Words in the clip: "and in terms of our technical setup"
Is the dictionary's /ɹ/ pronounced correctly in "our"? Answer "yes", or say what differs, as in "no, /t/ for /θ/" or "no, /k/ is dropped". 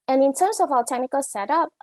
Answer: no, /l/ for /ɹ/